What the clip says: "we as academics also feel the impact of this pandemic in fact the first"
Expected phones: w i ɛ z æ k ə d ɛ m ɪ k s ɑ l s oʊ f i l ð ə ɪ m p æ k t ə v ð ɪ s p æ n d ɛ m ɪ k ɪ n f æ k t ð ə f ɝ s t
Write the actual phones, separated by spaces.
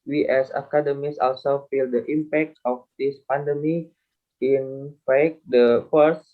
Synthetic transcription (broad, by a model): w i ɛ s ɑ k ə d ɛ m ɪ s ɑ l s oʊ f i l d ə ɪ m p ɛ k t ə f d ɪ s p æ n d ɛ m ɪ ɪ n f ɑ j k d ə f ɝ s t